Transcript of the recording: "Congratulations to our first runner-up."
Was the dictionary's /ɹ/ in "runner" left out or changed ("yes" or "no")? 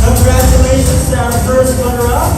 yes